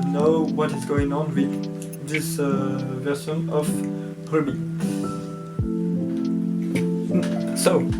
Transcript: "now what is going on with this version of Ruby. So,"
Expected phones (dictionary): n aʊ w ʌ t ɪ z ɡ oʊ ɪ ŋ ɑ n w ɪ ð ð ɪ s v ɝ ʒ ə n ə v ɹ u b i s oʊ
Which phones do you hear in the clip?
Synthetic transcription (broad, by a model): n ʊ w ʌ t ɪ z ɡ oʊ ɪ ŋ ɑ n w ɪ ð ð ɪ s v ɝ s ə n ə p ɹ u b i s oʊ